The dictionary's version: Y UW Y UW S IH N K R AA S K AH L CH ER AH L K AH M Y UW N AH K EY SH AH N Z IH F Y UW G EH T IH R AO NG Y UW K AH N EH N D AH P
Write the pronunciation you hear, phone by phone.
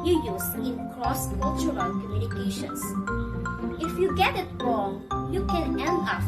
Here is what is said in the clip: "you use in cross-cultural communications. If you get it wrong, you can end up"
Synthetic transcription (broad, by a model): Y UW Y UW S IH N K L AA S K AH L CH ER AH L K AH M Y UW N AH K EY SH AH N S IH F Y UW G EH T IH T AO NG Y UW K AH N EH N AH